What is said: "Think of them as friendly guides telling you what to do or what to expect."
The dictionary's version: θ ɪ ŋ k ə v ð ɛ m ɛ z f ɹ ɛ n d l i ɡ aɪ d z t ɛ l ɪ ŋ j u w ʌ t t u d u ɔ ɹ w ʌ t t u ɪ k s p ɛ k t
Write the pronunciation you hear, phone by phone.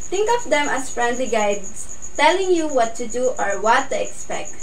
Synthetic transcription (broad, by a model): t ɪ ŋ k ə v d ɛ m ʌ s f ɹ ɛ n d l i ɡ aɪ d s t ɛ l ɪ ŋ j u w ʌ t t u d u ɔ ɹ w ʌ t t u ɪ k s p ɛ k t